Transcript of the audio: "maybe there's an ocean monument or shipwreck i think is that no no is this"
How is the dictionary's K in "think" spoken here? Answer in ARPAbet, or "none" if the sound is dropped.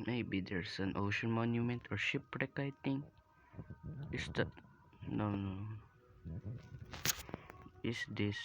none